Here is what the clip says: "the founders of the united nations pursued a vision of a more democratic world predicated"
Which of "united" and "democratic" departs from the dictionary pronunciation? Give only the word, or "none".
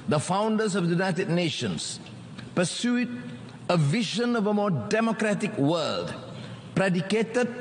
none